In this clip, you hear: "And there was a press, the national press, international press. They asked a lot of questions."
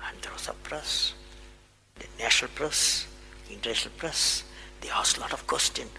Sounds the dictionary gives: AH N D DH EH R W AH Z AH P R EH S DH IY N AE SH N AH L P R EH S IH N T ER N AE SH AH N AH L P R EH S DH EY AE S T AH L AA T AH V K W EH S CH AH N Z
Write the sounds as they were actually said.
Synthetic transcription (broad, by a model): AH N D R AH S AH P R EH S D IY N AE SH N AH L P R EH S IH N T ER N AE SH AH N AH L P R EH S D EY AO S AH L AA T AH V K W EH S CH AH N